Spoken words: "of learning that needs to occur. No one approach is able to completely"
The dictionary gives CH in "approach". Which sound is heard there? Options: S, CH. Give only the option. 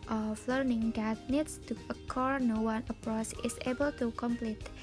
S